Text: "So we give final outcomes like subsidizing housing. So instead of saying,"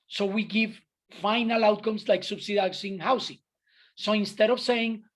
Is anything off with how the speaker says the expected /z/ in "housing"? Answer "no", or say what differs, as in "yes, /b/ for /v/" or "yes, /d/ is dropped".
yes, /s/ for /z/